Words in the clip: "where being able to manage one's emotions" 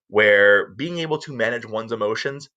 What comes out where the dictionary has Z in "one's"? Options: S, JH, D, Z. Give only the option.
Z